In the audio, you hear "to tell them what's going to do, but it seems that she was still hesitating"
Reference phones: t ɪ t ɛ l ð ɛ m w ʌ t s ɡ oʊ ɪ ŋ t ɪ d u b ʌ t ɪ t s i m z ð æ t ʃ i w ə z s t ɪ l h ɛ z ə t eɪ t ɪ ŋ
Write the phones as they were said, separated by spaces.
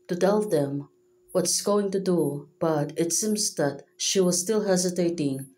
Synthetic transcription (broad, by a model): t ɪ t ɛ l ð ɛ m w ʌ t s ɡ oʊ ɪ ŋ t ɪ d u b ʌ t ɪ t s i m z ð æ t ʃ i w ə z s t ɪ l h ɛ z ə t eɪ t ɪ ŋ